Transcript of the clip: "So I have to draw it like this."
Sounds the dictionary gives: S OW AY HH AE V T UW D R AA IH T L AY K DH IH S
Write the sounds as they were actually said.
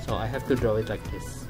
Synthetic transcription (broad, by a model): S OW AY HH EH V T UW D R AA IH T L AY K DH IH S